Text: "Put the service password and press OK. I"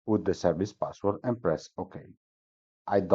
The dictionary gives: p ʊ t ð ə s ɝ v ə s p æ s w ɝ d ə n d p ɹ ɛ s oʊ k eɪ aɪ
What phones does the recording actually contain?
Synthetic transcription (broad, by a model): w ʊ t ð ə s ɝ v ə s p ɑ s w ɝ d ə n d p ɹ ɛ s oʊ k eɪ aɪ